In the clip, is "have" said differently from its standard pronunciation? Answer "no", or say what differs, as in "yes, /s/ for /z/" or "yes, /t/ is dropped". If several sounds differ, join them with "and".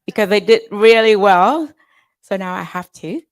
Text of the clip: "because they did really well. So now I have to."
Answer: yes, /f/ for /v/